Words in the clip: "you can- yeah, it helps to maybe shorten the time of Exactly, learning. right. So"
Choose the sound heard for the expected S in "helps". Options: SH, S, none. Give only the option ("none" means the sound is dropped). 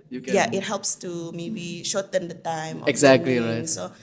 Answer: S